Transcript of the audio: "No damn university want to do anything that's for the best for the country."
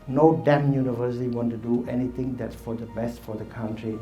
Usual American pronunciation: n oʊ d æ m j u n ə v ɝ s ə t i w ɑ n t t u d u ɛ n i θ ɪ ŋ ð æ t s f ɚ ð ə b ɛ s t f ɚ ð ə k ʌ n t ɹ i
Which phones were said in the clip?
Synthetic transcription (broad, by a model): n oʊ d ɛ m j u n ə v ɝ s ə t i w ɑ n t t u d u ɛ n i t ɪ ŋ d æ t s f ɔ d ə b ɛ s t f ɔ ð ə k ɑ n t ɹ i